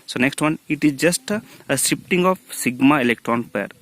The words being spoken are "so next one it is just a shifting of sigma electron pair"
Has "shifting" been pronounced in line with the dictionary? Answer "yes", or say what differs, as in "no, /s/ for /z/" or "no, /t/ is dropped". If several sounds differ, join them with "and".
no, /s/ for /ʃ/